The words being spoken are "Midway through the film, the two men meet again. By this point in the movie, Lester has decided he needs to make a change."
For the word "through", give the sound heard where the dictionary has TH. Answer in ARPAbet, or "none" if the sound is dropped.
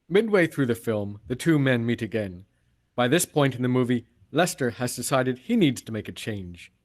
TH